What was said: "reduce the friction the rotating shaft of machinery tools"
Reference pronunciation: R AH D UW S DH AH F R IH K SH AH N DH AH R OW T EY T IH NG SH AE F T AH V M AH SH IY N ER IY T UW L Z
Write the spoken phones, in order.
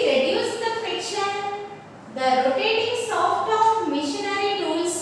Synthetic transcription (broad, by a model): R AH D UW S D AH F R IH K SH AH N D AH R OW T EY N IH NG S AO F T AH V M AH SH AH N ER IY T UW L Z